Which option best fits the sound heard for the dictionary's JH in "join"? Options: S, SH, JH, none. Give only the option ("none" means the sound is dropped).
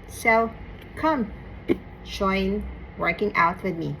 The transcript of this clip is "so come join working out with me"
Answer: SH